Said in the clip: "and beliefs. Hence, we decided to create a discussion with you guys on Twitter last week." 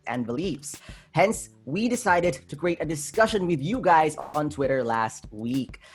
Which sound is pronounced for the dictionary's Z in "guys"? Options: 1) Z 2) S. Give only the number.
1